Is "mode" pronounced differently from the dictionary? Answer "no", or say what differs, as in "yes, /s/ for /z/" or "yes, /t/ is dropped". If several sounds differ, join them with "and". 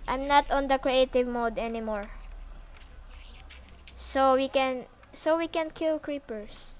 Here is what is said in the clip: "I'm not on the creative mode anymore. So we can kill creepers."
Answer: no